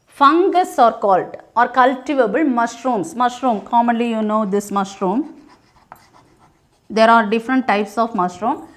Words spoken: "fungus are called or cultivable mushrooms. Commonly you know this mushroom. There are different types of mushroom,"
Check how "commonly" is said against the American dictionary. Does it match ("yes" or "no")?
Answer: yes